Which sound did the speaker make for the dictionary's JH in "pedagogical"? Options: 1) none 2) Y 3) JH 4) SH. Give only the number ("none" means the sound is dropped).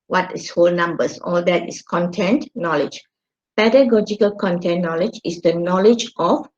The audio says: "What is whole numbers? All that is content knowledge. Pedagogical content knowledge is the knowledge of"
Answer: 3